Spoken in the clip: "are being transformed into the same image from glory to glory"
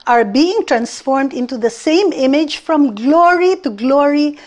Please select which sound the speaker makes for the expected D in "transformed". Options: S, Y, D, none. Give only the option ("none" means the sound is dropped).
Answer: D